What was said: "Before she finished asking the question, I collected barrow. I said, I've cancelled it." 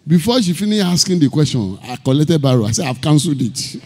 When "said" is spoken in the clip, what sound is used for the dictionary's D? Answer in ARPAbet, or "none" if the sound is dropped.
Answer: none